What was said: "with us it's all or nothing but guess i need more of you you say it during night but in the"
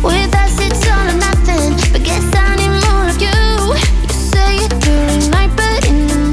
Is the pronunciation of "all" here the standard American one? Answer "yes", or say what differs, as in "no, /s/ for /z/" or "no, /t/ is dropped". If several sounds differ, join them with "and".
no, /n/ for /l/